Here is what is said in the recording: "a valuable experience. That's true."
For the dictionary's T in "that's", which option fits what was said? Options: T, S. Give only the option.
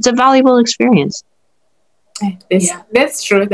S